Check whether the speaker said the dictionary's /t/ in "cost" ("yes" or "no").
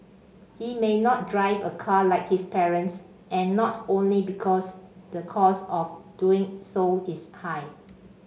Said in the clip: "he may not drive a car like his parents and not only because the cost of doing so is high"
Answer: no